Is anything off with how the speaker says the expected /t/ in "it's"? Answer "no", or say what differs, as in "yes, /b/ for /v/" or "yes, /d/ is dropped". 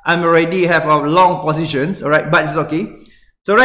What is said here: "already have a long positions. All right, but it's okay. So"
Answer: yes, /s/ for /t/